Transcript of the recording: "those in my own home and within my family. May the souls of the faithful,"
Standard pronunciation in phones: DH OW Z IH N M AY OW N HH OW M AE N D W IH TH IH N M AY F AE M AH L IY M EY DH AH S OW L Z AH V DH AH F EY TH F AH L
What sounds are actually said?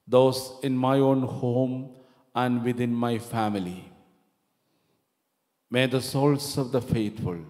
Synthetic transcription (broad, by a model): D OW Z IH N M AY OW N HH OW M AE N D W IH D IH N M AY F AE M AH L IY M EY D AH S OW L S AH V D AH F EY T F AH L